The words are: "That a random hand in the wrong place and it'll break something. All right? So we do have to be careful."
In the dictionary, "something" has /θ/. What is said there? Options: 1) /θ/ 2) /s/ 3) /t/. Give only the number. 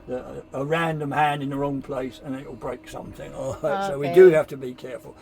1